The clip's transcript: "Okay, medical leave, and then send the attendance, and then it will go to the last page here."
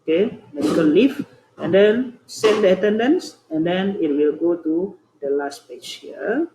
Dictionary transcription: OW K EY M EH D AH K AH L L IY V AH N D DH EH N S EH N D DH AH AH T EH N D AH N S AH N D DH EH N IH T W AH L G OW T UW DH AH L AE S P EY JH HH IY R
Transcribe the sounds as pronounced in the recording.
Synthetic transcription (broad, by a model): K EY M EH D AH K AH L L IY F AH N D EH N S EH N D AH AH T EH N D AH N S AH N D EH N IH T W AH L G OW T UW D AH L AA S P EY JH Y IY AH